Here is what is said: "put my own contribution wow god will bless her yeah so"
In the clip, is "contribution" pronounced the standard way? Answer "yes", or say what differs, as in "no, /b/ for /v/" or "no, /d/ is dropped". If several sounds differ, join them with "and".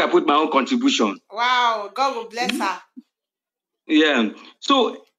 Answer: yes